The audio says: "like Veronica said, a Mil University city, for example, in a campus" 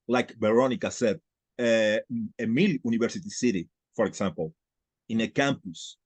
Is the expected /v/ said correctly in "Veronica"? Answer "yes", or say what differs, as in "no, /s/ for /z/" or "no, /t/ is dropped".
no, /b/ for /v/